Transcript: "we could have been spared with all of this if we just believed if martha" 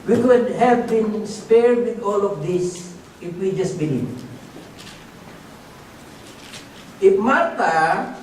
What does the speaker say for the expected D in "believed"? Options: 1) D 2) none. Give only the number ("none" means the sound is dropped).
2